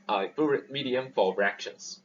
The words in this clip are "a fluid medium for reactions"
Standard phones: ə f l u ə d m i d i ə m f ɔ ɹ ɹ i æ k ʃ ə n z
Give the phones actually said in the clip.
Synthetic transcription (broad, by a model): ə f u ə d m i d i ə m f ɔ l ɹ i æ k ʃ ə n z